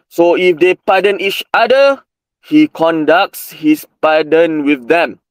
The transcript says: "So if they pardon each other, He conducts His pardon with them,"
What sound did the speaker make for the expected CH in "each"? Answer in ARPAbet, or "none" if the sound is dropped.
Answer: CH